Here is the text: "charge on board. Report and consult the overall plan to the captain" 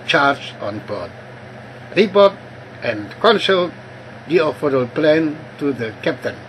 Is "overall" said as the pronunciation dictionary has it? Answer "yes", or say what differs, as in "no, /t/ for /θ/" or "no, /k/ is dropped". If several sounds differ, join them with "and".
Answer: no, /f/ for /v/